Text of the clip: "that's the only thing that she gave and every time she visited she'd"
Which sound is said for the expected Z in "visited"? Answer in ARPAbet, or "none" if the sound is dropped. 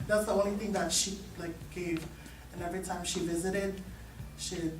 Z